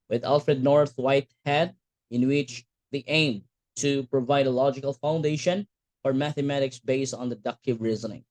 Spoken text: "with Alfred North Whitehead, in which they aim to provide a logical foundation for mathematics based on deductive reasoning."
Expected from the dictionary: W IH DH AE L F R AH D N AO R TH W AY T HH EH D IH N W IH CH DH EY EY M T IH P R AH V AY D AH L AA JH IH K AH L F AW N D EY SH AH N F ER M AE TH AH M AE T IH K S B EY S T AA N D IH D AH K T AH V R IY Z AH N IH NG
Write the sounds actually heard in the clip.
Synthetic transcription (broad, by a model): W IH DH AE L F R AH D N AO R TH W AY T HH EH D IH N W IH CH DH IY EY M T IH P R AH V AY D AH L AA JH IH K AH L F AW N D EY SH AH N F ER M AE TH AH M AE T IH K S B EY S T N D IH D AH K T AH V R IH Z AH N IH NG